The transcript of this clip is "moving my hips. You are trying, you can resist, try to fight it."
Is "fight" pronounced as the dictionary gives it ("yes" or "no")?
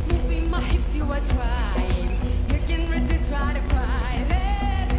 no